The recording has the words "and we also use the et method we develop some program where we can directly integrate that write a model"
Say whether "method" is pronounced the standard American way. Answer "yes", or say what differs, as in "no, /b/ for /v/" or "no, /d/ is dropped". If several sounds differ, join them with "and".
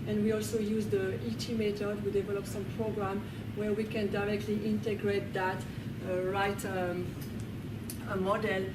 no, /t/ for /θ/